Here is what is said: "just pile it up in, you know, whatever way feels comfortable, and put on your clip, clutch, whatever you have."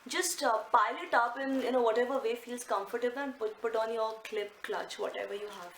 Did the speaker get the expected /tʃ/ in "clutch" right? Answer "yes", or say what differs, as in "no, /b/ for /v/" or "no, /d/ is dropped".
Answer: yes